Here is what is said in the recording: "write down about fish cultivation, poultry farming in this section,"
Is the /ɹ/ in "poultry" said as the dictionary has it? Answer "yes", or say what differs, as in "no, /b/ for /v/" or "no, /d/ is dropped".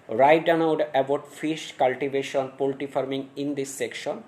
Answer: no, /ɹ/ is dropped